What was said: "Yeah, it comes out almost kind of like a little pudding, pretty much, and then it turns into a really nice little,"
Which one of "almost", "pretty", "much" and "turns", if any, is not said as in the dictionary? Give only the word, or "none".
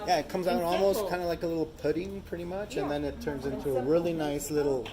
none